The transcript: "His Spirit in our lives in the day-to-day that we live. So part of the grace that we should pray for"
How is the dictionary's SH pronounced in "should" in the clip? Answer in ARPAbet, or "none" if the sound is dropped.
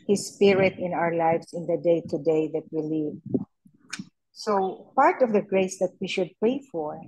SH